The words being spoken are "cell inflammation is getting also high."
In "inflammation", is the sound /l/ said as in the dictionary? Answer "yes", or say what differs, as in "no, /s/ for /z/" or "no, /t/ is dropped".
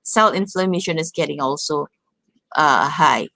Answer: yes